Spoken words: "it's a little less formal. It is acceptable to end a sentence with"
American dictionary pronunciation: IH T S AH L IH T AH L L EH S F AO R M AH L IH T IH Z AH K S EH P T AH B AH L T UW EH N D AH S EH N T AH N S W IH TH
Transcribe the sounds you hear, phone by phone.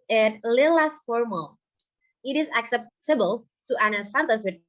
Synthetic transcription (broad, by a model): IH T L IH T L L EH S F AO R M AH L IH T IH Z AH K S EH P T AH B AH L T UW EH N AH S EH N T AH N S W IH